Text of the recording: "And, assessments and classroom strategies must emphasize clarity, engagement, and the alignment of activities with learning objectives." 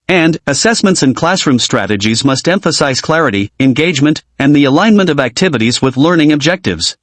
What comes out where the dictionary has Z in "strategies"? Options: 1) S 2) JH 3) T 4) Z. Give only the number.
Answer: 4